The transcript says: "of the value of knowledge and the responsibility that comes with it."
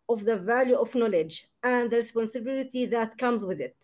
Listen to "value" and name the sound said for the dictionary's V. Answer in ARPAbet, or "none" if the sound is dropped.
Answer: V